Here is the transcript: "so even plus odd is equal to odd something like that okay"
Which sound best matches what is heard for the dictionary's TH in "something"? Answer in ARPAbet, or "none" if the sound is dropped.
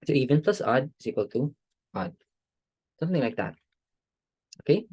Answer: TH